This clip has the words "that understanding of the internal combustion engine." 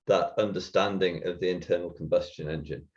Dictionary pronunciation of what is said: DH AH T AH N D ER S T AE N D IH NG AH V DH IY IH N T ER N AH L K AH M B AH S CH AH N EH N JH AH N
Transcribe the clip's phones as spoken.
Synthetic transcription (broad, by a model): DH AH T AH N D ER S T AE N D IH NG AH V DH IY IH N T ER N AH L K AH M B AH S CH AH N EH N JH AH N